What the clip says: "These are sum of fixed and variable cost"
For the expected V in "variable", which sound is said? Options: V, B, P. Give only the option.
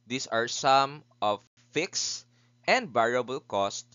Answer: B